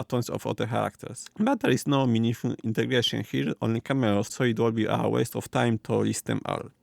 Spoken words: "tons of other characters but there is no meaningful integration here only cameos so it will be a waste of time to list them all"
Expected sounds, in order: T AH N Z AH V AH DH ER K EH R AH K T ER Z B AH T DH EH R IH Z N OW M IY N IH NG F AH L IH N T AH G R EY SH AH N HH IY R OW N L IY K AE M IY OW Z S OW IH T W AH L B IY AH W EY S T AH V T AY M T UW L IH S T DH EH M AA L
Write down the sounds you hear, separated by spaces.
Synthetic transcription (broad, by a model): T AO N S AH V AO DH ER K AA R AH K T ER S B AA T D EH R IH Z N OW M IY N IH F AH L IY N T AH G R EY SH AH N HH IY R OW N L IY K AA M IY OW S OW IH T W AH L B IY AH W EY S T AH F T AY M T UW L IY S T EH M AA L